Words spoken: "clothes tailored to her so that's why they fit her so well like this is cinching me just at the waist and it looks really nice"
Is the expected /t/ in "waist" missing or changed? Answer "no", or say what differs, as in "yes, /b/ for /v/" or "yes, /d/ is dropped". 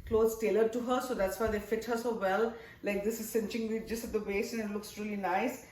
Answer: yes, /t/ is dropped